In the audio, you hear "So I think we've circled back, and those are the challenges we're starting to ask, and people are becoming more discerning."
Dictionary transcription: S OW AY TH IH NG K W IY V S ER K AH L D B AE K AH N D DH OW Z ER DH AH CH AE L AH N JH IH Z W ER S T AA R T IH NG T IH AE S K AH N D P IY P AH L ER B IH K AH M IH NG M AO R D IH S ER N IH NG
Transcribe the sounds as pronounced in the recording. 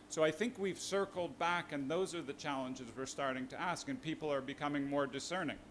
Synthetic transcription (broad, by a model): S OW AY TH IH NG K W IY V S ER K L D B AE K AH N DH OW Z ER DH AH CH AE L AH N JH IH Z W ER S T AA R T IH NG T IH AE S K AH N P IY P L ER B IH K AH M IH NG M AO R D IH S ER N IH NG